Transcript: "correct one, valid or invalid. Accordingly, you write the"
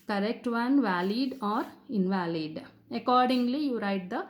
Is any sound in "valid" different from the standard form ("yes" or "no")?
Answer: no